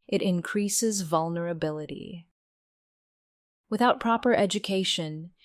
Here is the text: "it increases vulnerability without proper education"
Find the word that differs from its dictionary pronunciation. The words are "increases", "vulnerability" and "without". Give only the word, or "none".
none